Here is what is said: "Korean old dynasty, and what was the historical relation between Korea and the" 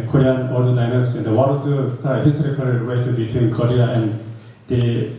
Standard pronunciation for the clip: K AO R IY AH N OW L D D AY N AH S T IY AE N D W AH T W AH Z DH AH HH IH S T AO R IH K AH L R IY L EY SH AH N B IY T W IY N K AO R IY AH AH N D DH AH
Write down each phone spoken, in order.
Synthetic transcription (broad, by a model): K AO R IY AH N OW D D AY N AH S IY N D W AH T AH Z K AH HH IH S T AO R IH K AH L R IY W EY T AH B IY T W IY N K AO R IY AH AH N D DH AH